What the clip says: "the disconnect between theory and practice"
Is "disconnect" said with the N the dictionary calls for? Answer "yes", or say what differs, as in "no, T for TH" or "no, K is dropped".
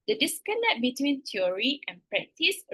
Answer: no, L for N